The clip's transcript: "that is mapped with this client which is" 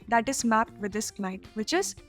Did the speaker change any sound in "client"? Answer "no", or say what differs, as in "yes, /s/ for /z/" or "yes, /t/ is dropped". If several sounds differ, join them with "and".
yes, /n/ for /l/ and /n/ is dropped